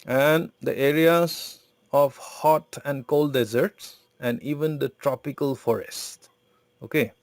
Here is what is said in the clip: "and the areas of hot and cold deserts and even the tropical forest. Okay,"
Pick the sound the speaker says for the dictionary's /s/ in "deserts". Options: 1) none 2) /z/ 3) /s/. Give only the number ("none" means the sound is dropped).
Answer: 3